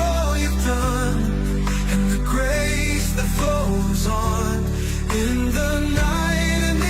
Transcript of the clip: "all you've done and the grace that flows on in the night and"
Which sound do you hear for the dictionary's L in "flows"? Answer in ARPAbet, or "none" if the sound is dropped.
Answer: none